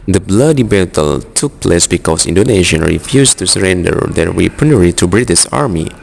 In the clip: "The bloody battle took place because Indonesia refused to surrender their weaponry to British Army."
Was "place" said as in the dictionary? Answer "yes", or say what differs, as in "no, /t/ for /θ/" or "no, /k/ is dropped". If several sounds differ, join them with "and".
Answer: yes